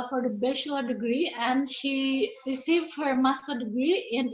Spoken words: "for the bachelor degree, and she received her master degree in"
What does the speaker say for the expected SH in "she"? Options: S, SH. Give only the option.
SH